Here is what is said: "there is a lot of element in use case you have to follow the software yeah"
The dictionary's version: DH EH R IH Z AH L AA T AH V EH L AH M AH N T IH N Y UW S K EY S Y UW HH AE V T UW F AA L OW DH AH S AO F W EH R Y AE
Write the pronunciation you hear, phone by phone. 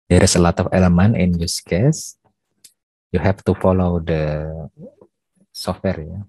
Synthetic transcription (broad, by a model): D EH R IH S AH L AA T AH F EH L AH M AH N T IH N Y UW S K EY S Y UW HH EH F T UW F AA L OW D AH S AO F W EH R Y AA